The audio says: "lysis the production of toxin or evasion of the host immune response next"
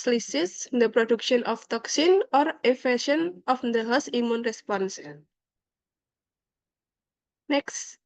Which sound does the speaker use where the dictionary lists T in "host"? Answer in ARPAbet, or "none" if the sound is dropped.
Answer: none